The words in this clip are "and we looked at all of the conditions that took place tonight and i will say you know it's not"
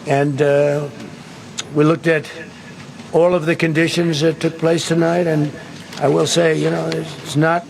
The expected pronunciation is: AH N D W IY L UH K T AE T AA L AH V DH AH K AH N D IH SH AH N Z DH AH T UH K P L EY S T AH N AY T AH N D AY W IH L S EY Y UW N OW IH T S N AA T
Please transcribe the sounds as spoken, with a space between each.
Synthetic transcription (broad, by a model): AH N W IY L UH K T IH T AA L AH V DH AH K AH N D IH SH AH N Z DH AH T UH K P L EY S T AH N AY T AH N AY W IH L S EY Y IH N OW IH T S N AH T